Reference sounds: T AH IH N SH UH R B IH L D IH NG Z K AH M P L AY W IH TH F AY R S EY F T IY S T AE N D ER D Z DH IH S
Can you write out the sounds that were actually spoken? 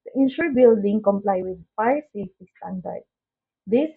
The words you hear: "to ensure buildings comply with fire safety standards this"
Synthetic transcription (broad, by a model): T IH N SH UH R B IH L D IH NG K AH M P L AY W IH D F AY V S EY F T IY S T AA N D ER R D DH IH S